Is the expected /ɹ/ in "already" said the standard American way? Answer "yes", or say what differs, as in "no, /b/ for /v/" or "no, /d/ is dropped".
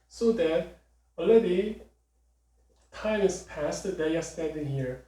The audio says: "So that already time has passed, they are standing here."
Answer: no, /ɹ/ is dropped